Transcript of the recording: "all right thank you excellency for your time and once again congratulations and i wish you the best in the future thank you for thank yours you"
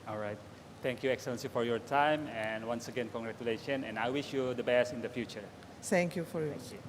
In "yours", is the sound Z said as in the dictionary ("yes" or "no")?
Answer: no